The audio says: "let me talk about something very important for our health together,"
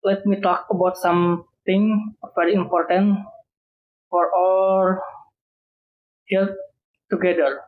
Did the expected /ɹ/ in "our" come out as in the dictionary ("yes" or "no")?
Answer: no